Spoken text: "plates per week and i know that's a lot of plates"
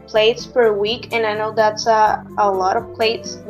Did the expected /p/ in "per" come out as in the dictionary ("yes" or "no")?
no